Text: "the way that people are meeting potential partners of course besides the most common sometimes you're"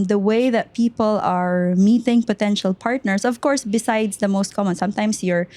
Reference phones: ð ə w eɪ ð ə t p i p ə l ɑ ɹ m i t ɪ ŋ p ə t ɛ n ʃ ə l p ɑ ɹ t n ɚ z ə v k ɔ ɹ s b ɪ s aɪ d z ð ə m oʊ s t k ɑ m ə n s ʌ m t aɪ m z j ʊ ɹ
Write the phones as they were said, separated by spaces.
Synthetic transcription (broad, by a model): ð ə w eɪ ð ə t p i p ə l ɑ ɹ m i t ɪ ŋ p ə t ɛ n ʃ ə l p ɑ ɹ t n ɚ s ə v k ɔ ɹ s b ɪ s aɪ d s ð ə m oʊ s t k ɑ m ə n s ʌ m t aɪ m s j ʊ ɹ